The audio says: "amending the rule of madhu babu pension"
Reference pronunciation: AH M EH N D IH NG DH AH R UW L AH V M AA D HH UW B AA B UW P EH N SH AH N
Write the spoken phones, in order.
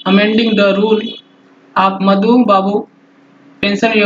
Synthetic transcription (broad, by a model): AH M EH N D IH NG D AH R UW L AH P M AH D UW B AA B UW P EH N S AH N